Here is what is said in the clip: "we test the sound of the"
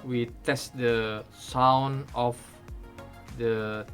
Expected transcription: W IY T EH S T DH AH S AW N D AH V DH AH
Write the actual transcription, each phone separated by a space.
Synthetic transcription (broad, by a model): W IY T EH S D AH S AW N AH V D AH